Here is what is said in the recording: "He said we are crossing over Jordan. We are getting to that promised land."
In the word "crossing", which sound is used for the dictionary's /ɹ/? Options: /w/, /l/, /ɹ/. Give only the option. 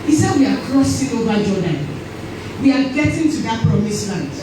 /ɹ/